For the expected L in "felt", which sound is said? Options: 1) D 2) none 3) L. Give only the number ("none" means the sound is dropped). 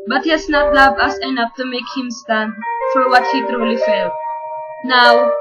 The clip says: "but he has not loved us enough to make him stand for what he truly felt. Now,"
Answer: 3